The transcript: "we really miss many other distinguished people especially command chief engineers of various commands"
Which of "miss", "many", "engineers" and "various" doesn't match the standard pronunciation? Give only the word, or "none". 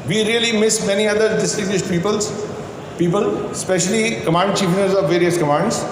engineers